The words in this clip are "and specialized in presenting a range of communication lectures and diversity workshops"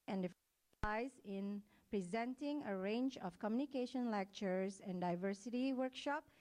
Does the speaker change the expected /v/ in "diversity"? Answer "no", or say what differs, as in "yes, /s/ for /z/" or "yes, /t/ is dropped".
no